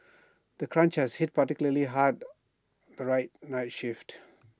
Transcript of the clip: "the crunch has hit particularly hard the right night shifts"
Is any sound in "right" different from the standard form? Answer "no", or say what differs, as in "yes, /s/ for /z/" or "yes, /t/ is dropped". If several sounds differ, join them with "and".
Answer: no